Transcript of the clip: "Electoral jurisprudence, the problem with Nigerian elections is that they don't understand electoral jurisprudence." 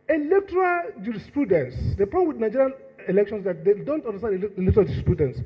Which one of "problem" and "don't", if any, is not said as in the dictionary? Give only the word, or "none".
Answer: problem